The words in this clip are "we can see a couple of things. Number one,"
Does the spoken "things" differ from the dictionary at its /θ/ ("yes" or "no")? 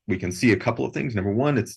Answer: no